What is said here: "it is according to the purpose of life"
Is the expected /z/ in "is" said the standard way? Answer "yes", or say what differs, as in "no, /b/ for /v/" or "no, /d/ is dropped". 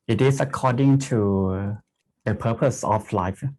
no, /s/ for /z/